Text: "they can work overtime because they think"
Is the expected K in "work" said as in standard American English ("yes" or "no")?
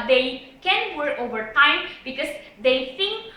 no